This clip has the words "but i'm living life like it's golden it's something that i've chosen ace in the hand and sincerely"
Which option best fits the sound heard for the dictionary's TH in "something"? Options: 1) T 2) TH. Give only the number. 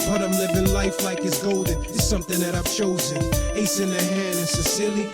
2